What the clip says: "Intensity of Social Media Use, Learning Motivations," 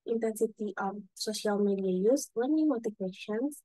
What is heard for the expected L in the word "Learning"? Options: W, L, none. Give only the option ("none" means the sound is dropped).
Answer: W